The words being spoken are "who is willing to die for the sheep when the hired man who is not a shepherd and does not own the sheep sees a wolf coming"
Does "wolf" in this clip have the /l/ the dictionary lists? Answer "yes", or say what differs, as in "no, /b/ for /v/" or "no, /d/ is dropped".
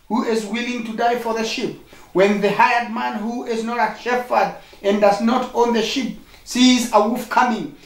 no, /l/ is dropped